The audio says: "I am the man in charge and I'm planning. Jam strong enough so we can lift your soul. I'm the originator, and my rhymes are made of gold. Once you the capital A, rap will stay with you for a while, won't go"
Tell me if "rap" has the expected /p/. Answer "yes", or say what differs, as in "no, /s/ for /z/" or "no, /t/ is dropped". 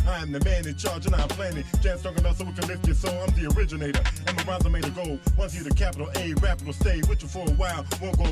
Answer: yes